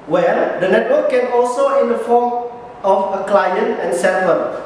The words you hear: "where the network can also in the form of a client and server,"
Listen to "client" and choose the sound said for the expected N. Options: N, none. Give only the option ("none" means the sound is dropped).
N